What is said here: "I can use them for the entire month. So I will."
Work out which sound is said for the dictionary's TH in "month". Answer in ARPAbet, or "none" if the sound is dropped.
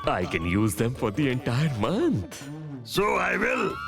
T